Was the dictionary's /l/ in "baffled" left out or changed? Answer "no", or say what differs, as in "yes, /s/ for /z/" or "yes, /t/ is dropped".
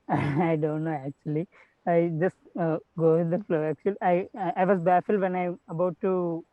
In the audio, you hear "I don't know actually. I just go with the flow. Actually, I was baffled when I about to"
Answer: no